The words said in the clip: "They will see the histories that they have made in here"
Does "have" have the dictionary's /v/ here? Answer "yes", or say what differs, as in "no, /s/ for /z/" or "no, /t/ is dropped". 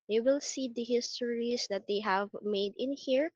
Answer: yes